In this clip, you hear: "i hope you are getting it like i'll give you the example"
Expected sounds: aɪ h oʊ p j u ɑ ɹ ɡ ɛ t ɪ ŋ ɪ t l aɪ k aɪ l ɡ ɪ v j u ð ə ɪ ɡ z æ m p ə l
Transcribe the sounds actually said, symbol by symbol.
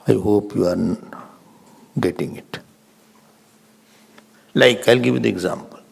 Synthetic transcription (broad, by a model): aɪ h oʊ p j u ɑ ɹ ɡ ɛ t ɪ ŋ ɪ t l aɪ k aɪ l ɡ ɪ v j u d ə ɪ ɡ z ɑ m p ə l